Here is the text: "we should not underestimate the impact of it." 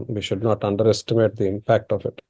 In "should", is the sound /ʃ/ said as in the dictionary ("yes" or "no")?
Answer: yes